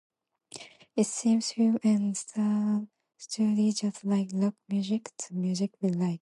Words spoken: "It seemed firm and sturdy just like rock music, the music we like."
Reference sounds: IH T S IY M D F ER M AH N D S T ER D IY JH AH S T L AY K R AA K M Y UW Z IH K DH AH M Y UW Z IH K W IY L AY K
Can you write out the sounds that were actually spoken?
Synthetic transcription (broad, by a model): IH T S IY M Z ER AH N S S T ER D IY JH AH S T L AY K L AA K M Y UW Z IH K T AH M Y UW Z IH K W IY L AY K